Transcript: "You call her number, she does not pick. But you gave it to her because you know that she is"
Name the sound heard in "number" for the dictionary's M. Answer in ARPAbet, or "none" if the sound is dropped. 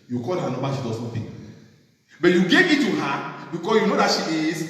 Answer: none